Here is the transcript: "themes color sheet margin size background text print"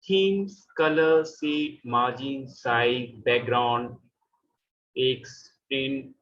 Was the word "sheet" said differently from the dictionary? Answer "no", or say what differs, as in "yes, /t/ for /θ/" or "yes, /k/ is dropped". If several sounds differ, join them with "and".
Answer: yes, /s/ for /ʃ/